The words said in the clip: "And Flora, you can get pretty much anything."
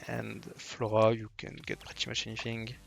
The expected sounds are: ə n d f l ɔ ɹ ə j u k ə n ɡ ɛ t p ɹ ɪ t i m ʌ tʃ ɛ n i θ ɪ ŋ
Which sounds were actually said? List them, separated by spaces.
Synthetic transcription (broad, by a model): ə n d f l ɔ ɹ ə j u k ə n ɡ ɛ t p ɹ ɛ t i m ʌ ʃ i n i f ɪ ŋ